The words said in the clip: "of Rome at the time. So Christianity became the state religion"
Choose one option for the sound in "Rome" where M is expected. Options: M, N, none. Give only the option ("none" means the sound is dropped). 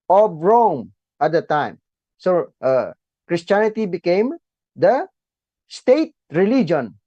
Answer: M